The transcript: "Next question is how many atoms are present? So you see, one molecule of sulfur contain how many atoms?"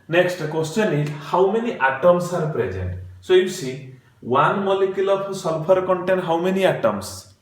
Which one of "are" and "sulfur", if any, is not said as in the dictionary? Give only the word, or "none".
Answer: sulfur